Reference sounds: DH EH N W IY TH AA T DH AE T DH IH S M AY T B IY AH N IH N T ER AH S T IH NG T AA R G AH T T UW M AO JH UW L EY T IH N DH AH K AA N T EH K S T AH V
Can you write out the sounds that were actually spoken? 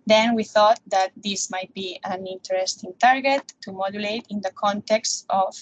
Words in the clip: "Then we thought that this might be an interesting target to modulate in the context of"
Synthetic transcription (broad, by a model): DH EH N W IY TH AA T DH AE T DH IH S M AY T B IY AH N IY N T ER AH S T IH NG T AA R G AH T T UW M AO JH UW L EY T IH N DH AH K AA N T EH K S T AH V